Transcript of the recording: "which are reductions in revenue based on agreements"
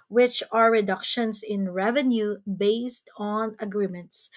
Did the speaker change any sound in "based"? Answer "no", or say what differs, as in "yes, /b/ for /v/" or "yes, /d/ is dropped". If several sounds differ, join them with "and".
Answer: no